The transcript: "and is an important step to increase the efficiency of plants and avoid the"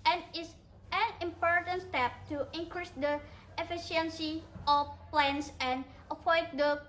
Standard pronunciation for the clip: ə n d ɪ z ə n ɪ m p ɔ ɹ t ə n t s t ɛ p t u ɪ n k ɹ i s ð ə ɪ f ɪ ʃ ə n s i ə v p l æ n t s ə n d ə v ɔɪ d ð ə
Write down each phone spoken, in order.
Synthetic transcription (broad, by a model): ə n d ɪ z ə n ɪ m p ɔ ɹ t ə n t s t ɛ p t u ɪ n k ɹ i s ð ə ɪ f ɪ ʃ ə n s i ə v p l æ n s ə n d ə p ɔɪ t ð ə